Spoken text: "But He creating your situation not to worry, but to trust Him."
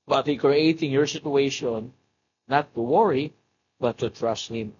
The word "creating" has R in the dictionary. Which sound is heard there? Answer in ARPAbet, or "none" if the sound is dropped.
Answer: R